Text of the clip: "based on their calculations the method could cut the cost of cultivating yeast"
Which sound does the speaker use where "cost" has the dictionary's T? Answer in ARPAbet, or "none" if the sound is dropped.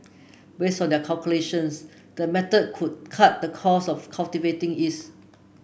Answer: none